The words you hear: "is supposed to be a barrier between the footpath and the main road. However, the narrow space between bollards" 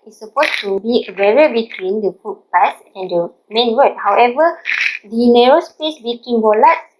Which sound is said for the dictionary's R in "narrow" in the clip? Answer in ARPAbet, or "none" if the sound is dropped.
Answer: R